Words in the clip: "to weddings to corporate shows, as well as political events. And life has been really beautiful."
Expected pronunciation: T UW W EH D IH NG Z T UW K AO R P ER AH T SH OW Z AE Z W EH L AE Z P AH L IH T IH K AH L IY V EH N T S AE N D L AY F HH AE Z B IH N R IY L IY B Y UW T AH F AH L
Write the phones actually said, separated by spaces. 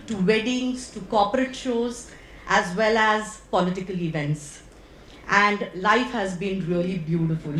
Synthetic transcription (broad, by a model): T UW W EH D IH NG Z T UW K AO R P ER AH T SH OW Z AE Z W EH L AE Z P AH L IH T IH K AH L IY V EH N T S AE N D L AY F HH AE Z B IH N R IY L IY B Y UW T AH F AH L